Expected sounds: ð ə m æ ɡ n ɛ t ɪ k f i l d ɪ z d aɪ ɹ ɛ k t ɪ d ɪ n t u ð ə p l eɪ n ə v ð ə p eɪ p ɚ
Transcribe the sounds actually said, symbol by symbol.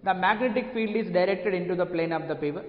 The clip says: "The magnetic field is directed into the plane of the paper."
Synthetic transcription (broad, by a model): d ə m æ ɡ n ɛ t ɪ k f i l d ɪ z d aɪ ɹ ɛ k t ɪ d ɪ n t u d ə p l eɪ n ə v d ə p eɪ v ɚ